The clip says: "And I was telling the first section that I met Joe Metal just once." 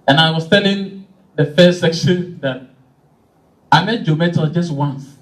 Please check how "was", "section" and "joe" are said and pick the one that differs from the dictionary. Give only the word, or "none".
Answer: was